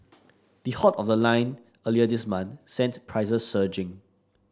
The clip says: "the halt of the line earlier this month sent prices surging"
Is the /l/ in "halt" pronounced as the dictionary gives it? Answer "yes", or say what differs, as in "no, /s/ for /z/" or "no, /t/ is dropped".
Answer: no, /l/ is dropped